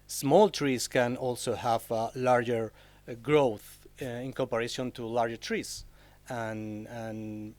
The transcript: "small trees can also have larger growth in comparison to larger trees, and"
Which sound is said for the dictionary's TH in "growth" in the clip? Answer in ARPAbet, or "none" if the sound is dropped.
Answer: TH